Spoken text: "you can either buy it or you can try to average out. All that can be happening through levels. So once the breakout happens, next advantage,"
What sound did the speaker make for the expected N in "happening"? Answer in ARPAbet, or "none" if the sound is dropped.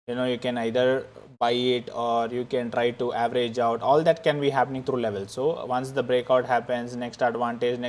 N